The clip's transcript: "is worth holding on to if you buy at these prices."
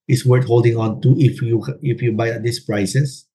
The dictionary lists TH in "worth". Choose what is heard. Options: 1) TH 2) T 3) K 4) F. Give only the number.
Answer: 2